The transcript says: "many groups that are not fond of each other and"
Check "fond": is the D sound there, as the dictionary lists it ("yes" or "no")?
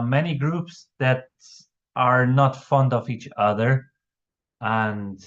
yes